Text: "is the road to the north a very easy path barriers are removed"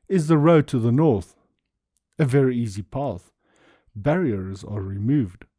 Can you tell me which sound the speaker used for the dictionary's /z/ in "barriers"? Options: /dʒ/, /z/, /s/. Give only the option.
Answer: /z/